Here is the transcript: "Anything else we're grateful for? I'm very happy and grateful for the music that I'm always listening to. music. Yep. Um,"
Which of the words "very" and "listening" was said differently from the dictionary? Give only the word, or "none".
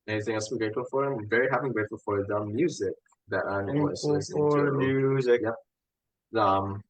listening